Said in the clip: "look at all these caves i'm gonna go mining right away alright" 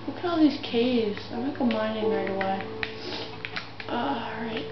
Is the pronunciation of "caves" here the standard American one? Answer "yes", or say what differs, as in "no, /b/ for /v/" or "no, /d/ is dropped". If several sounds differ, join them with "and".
yes